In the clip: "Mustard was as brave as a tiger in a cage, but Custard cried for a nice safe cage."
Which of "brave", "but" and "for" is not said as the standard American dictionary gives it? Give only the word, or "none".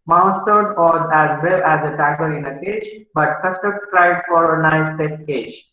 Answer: brave